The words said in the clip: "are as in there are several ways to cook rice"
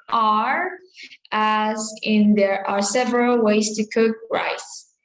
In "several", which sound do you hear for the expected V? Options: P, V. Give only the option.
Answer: V